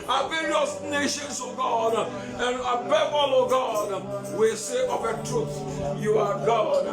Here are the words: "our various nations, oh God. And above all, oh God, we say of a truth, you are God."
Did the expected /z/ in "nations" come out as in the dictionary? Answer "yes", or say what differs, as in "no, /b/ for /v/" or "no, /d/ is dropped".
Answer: no, /s/ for /z/